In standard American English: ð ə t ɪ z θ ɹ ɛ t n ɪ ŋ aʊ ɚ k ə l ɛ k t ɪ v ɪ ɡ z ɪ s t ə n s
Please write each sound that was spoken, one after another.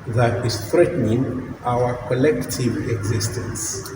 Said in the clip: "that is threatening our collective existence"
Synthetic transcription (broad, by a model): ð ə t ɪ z θ ɹ ɛ t n ɪ ŋ aʊ ɚ k ə l ɛ k t ɪ v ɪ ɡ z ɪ s t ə n s